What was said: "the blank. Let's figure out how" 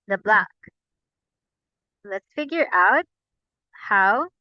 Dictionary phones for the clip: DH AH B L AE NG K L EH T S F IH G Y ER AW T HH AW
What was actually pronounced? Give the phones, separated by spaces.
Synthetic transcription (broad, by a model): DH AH B L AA K L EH T S F IH G Y ER AW T HH AW